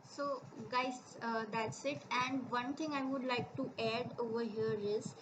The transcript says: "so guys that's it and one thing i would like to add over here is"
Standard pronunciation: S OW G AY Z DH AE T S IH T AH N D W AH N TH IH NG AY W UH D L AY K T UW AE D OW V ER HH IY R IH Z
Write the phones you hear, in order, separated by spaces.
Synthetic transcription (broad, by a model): S OW G AY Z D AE T S IH T AH N D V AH N T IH NG AY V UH D L AY K T UW AE D OW V ER HH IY R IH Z